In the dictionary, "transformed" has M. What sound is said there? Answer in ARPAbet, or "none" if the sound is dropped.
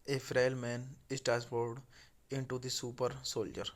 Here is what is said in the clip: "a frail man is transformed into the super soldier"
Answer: none